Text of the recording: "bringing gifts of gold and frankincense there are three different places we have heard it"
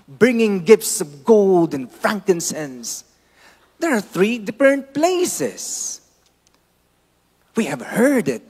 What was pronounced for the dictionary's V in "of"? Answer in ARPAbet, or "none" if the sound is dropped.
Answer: V